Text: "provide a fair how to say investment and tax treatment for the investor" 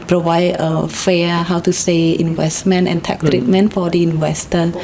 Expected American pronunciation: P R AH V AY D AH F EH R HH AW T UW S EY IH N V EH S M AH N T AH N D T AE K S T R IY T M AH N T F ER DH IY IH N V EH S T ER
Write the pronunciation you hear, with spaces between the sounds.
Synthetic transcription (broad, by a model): P R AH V AY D AH F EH HH AW T UW S EY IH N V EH S M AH N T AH N T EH K T R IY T M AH N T F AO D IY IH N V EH S T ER